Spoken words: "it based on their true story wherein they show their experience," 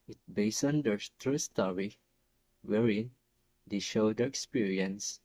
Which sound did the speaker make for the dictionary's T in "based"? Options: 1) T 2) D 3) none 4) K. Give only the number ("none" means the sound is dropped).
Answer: 3